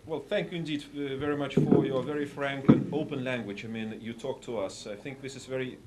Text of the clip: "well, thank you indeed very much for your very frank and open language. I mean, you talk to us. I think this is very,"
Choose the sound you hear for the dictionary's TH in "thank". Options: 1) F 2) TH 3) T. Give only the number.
2